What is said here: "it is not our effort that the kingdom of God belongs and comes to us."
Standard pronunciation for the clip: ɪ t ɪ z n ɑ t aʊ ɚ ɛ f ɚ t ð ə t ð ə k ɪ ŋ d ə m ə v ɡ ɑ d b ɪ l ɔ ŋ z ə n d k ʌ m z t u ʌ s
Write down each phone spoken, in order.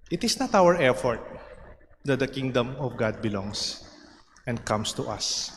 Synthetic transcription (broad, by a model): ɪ t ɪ s n ɑ t aʊ ɚ ɛ f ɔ t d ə t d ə k ɪ ŋ d ə m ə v ɡ ɑ d b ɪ l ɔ ŋ s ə n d k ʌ m s t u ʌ s